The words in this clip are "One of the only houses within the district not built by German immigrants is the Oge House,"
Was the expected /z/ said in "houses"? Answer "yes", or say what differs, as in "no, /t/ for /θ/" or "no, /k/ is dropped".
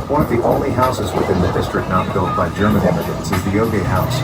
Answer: yes